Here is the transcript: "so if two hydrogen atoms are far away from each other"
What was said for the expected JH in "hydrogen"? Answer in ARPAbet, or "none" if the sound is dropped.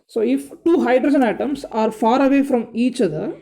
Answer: JH